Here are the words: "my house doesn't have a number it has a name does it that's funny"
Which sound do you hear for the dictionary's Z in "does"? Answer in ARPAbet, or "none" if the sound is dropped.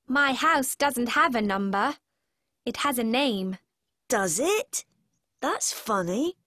Z